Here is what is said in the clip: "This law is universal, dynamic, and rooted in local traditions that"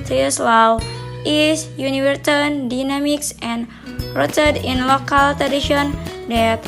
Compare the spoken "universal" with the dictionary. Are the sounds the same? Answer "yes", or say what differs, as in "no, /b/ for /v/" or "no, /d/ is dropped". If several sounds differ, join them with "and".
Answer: no, /n/ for /l/